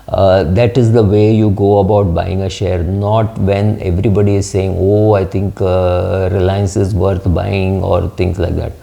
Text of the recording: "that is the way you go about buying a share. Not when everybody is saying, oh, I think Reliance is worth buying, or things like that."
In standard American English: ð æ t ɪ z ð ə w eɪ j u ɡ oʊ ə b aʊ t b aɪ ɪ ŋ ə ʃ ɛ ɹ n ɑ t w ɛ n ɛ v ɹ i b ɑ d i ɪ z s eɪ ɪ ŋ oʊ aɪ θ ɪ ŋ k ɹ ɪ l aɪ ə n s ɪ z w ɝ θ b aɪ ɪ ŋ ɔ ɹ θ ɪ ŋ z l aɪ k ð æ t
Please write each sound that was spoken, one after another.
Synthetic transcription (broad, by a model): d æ t ɪ z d ə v eɪ j u ɡ oʊ ə b aʊ t b aɪ ɪ ŋ ə ʃ ɛ ɹ n ɑ t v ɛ n ɛ v ɹ i b ɑ d i ɪ z s eɪ ɪ ŋ oʊ aɪ t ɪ ŋ k ɹ ɪ l aɪ ə n s ɪ z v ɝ t b aɪ ɪ ŋ ɔ ɹ t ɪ ŋ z l aɪ k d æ t